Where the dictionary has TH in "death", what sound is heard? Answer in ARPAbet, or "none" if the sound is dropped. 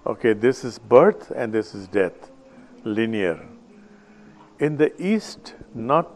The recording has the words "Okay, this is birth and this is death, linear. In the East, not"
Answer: T